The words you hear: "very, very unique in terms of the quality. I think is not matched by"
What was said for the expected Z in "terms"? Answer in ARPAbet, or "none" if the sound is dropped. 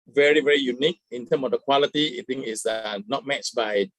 none